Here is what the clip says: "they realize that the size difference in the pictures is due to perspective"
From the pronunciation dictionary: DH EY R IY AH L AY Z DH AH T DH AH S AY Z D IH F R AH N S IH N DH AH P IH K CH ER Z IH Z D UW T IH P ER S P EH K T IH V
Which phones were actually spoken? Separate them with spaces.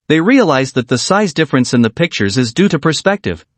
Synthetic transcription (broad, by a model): DH EY R IY AH L AY Z DH AH T DH AH S AY Z D IH F R AH N S IH N DH AH P IH K CH ER Z IH Z D UW T IH P ER S P EH K T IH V